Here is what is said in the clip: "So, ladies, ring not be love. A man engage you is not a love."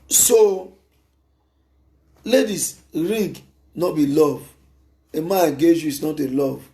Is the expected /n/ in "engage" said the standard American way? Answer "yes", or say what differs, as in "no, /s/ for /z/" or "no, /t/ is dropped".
no, /n/ is dropped